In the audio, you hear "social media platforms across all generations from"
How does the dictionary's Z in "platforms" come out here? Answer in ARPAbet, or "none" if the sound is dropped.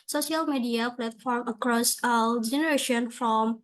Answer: none